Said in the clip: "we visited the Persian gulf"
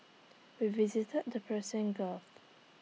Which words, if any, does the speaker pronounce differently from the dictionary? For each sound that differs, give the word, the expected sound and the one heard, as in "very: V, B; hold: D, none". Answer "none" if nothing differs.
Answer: persian: ZH, S; gulf: L, none